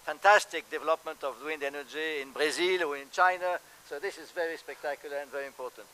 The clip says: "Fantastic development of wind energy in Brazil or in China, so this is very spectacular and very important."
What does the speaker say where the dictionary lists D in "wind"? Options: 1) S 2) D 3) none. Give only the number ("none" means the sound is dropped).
2